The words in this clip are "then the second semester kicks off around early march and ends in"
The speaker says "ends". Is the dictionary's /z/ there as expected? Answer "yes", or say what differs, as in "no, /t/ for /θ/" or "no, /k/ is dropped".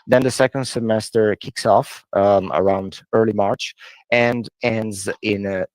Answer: yes